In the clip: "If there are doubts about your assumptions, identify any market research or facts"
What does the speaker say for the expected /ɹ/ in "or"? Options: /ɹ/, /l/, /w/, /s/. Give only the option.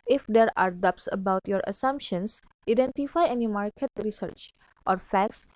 /ɹ/